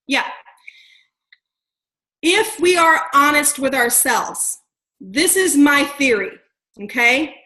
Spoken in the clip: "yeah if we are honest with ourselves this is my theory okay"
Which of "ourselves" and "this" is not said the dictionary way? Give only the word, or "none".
none